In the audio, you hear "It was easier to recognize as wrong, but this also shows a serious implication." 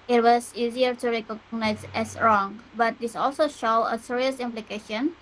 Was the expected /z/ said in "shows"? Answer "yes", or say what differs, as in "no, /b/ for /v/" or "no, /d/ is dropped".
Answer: no, /z/ is dropped